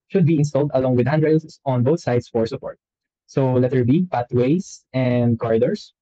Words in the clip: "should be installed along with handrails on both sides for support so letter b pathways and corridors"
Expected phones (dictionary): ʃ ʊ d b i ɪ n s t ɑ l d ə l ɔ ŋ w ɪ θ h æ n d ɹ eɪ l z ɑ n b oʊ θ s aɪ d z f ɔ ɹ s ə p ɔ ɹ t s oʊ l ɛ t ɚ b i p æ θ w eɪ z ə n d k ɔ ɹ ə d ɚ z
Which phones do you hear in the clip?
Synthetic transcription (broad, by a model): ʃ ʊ d b i ɪ n s t ɑ l d ə l ɔ ŋ w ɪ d h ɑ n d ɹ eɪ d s ɑ n b oʊ θ s aɪ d s f ɔ ɹ s ə p ɔ ɹ t s oʊ l ɛ t ɚ b i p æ t w eɪ s ə n d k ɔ ɹ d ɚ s